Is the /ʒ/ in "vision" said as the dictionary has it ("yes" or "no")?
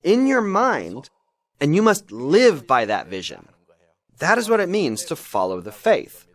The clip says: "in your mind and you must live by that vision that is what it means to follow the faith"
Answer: yes